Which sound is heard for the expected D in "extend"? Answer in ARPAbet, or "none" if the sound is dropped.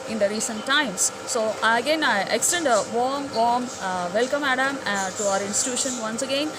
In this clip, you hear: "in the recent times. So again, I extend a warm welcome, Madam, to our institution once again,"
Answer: D